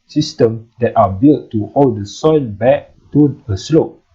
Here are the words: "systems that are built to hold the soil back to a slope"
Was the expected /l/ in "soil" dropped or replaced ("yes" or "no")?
yes